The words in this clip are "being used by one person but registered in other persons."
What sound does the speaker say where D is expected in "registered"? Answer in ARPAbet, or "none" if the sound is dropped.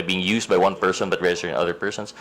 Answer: none